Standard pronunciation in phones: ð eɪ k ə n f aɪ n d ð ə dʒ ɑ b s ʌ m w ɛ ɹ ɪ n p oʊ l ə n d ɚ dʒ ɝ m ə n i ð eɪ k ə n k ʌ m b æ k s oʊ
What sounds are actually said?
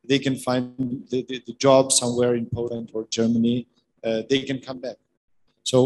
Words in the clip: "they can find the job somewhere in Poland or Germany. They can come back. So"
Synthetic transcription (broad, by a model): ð eɪ k ə n f aɪ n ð ð ə dʒ ɑ b s ʌ m w ɛ ɹ ɪ n p oʊ l ə n d ɚ dʒ ɝ m ə n i ð eɪ k ə n k ʌ m b æ k s oʊ